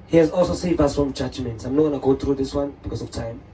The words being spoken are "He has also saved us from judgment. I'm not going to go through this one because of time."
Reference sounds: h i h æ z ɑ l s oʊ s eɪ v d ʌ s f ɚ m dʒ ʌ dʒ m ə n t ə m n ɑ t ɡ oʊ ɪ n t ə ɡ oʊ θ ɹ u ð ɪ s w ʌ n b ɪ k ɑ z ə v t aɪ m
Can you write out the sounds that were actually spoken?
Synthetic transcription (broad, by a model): h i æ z ɑ l s oʊ s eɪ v ʌ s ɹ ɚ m dʒ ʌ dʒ m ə n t ə m n ɑ t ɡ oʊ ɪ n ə ɡ oʊ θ ɹ u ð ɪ s w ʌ n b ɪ k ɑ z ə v t aɪ m